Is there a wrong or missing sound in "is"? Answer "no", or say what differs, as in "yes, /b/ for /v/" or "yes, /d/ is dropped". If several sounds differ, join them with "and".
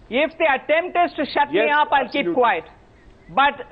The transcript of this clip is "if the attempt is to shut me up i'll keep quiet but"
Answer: yes, /s/ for /z/